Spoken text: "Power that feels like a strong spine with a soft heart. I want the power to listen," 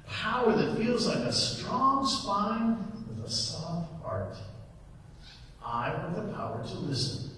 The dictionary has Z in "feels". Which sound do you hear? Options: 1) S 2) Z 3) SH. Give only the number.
2